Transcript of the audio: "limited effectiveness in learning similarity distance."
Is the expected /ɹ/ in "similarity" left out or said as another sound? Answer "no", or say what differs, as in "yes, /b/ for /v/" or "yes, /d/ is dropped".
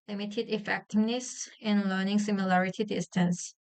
no